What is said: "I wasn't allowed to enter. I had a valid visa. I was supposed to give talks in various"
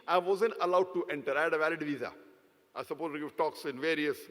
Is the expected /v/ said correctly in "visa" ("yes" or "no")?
yes